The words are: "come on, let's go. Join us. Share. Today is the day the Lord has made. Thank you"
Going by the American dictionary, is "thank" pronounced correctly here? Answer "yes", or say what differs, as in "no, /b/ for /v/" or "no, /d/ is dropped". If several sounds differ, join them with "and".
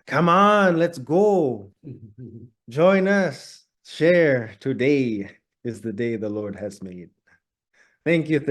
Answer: yes